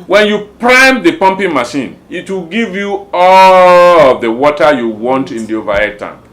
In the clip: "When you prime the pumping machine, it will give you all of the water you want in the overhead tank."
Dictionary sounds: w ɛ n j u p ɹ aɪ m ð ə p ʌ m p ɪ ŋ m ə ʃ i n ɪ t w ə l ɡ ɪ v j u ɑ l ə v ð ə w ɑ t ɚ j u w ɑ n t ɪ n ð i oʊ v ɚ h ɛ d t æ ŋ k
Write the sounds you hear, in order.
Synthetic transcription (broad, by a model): w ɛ n j u p ɹ aɪ m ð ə p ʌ m p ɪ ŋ m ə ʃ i n ɪ t w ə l ɡ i v j u ɑ l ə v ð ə w ɑ t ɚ j u w ɑ n t ɪ n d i oʊ v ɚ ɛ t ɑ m